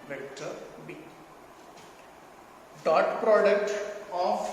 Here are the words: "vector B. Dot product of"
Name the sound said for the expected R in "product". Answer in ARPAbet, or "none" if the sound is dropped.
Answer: R